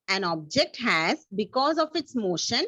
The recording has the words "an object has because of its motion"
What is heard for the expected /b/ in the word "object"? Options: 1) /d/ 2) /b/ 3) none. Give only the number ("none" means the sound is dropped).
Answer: 2